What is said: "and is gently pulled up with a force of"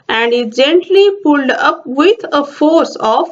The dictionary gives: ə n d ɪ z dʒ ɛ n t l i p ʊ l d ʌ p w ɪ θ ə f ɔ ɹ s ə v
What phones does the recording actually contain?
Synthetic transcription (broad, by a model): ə n d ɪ dʒ ɛ n t l i p ʊ l d ʌ p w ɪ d ə f ɔ ɹ s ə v